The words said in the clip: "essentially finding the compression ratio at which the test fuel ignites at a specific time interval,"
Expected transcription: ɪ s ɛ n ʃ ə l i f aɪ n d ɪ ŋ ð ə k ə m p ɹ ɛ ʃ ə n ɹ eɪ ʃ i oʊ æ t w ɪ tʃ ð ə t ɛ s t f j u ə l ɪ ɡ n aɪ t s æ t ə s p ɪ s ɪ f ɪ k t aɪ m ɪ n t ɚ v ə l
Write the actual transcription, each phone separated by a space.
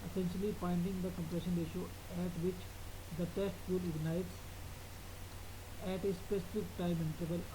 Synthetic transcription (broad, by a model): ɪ s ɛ n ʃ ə l i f aɪ n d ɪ ŋ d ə k ə m p ɹ ɛ ʃ ə n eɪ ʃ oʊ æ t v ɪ tʃ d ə t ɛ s t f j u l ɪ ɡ n aɪ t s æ t ə s p ɪ s ɪ f ɪ k t aɪ m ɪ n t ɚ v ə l